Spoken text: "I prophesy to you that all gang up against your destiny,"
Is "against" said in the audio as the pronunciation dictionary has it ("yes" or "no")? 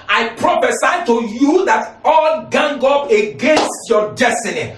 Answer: yes